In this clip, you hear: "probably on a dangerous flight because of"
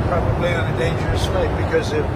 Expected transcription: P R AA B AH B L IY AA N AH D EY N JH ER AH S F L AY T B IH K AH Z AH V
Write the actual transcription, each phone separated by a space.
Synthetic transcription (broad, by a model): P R AA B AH B L IY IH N AH D EY N JH ER AH S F AY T B IH K AH Z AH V